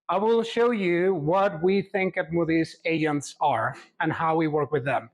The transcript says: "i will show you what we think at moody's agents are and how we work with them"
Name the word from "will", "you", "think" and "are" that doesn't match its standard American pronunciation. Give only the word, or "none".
none